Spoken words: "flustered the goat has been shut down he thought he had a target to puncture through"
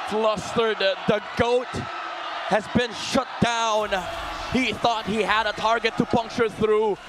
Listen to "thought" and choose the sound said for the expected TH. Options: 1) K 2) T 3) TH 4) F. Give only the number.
3